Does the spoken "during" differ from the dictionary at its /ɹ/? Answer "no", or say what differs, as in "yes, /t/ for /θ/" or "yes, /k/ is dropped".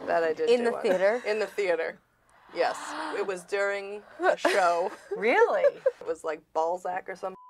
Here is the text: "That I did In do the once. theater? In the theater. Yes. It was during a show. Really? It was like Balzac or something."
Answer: no